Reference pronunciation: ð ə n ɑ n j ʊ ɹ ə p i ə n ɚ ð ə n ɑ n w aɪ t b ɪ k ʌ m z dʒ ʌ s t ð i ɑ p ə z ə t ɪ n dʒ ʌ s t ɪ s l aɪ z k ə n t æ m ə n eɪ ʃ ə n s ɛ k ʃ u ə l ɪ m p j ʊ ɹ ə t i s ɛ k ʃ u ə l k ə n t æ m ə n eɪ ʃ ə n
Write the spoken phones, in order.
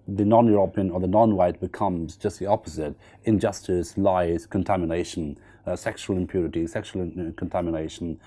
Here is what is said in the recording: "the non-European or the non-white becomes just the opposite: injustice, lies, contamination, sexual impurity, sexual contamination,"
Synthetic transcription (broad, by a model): ð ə n ɑ n j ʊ ɹ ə p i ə n ɚ ð ə n ɑ n w aɪ t b ɪ k ʌ m z dʒ ʌ s t ð i ɑ p ə z ə t ɪ n dʒ ʌ s t ɪ s l aɪ z k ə n t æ m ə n eɪ ʃ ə n s ɛ k ʃ u ə l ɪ m p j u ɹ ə t i s ɛ k ʃ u l k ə n t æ m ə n eɪ ʃ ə n